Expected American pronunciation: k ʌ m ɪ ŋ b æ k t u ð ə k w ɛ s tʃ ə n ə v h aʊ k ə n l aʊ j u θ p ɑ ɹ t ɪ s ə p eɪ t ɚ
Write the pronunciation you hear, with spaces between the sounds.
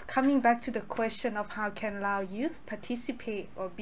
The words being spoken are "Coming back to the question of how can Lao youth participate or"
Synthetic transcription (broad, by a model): k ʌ m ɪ ŋ b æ k t u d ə k w ɛ s tʃ ə n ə f h aʊ k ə n l aʊ j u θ p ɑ t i s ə p eɪ t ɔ